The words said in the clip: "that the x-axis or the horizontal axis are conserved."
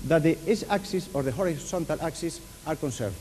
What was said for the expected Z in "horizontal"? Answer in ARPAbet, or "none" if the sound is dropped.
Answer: S